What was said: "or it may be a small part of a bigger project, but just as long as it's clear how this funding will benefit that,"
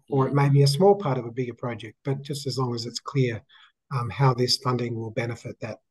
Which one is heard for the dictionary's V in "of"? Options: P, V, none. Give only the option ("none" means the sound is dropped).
V